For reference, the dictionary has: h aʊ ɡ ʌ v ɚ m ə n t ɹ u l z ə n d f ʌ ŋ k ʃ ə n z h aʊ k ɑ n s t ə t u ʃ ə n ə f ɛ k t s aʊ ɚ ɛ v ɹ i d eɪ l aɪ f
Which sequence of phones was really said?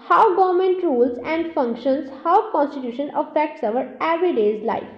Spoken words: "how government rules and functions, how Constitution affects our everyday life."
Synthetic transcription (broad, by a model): h aʊ ɡ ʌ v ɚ m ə n t ɹ u l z ə n d f ʌ ŋ k ʃ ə n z h aʊ k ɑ n s t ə t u ʃ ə n ə f ɛ k t s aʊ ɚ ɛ v ɹ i d eɪ l aɪ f